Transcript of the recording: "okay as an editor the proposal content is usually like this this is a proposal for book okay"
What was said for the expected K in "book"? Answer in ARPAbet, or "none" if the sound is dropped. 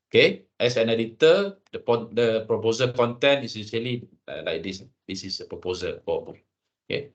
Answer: none